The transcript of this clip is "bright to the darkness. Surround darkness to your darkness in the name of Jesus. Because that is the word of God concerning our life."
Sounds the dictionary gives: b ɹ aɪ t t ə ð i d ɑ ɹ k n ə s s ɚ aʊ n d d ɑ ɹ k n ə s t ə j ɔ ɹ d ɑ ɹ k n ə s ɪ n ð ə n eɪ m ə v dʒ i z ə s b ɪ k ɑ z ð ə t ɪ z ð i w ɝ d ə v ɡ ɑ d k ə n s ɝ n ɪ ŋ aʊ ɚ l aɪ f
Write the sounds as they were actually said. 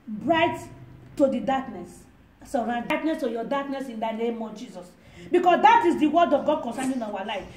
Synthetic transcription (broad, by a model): b ɹ aɪ t t ə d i d ɑ k n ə s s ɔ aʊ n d d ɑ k n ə s t ə j ɔ d ɑ k n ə s ɪ n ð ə n eɪ m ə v dʒ i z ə s b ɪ k ɑ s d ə t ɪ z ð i w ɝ d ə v ɡ ɑ d k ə n s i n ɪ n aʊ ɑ l aɪ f